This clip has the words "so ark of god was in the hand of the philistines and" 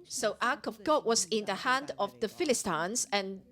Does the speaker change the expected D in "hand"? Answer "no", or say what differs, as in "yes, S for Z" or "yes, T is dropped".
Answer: no